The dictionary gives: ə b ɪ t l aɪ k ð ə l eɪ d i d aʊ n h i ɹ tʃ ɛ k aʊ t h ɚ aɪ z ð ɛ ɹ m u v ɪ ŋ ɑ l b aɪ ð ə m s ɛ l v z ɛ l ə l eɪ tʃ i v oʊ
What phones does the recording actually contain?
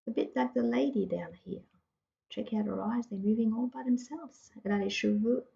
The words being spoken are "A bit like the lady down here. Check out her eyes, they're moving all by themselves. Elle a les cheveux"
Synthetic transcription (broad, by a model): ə b ɪ t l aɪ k ð ə l eɪ d i d aʊ n h i ɹ tʃ ɛ k aʊ t h ɚ aɪ z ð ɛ m u v ɪ ŋ ɑ l b aɪ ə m s ɛ l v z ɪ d ə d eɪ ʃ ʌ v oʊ